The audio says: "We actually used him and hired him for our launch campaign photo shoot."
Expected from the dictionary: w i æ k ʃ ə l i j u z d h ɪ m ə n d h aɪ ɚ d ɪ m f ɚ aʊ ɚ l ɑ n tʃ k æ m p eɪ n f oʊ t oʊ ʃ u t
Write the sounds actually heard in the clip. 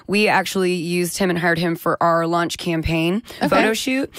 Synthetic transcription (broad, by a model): w i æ k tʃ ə l i j u z d h ɪ m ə n h aɪ ɚ d ɪ m f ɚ aʊ ɚ l ɑ n tʃ k æ m p eɪ n f oʊ t oʊ ʃ u t